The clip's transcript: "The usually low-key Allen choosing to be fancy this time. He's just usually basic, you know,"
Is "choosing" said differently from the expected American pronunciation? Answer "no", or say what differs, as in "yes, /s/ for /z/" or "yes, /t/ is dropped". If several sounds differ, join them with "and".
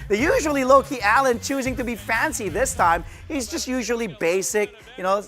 no